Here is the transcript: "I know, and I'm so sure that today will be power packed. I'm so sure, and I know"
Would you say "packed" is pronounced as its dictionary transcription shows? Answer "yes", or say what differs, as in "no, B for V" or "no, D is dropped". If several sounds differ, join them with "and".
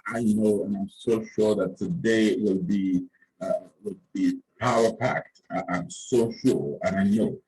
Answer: yes